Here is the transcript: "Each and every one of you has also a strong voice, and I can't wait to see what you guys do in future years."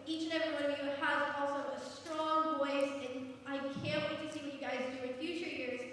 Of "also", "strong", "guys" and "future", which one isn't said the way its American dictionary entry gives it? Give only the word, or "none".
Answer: none